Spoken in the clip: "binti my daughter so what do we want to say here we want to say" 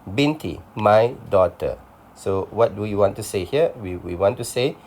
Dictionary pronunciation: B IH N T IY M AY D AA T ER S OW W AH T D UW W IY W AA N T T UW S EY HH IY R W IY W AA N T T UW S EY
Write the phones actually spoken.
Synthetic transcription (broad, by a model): B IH N T IY M AY D AA T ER S OW W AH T D UW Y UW W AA N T T UW S EY HH IY W W IY W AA N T T UW S EY